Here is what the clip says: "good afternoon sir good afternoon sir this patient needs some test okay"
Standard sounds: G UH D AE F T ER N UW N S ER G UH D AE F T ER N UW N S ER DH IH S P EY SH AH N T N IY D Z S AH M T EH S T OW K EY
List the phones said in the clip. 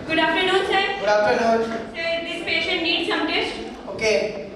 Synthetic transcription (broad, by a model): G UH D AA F T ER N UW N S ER G UH D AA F T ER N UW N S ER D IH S P EY SH AH N T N IY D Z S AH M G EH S OW K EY